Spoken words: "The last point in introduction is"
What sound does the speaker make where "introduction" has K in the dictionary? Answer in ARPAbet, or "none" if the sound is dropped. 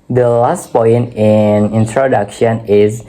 K